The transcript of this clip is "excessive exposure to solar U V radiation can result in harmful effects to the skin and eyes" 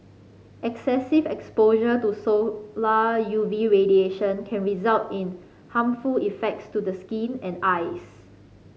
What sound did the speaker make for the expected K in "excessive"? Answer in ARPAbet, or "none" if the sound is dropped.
K